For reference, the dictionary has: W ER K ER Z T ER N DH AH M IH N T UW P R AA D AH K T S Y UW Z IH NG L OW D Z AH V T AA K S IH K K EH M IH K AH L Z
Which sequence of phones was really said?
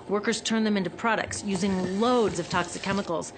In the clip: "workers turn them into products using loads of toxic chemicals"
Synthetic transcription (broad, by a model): W ER K ER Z T ER N DH AH M IH N T UW P R AA D AH K T S Y UW Z IH NG L OW D Z AH V T AA K S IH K K EH M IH K L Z